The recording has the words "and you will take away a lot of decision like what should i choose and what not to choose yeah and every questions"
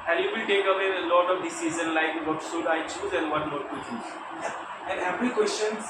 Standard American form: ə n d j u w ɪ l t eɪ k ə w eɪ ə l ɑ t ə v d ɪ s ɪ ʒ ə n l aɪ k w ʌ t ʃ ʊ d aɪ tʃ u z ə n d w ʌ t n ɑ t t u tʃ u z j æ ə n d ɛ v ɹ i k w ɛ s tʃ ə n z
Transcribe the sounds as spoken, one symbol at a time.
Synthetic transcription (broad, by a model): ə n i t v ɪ l t eɪ k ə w eɪ ə l ɑ t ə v d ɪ s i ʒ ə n l aɪ k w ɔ t s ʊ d aɪ tʃ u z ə n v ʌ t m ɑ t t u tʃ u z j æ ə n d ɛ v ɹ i k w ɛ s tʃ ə n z